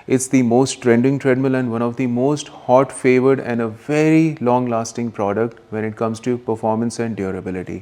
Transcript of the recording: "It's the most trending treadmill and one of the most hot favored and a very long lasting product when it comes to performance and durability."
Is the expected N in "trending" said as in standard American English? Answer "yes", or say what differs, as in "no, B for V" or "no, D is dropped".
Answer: yes